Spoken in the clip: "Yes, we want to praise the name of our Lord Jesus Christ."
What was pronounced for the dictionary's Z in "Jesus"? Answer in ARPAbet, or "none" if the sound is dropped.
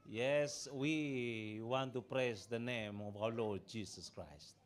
S